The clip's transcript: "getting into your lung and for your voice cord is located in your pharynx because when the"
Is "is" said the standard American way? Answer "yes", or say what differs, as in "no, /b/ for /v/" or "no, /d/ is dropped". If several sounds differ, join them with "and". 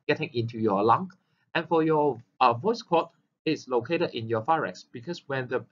no, /s/ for /z/